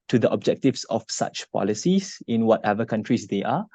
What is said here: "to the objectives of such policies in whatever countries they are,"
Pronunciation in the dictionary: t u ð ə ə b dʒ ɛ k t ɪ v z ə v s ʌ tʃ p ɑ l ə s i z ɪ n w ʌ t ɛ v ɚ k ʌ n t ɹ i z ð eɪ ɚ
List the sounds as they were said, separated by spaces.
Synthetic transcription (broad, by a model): t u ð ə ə b dʒ ɛ k t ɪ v s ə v s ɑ tʃ p ɑ l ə s i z ɪ n w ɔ t ɛ v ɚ k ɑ n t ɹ i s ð eɪ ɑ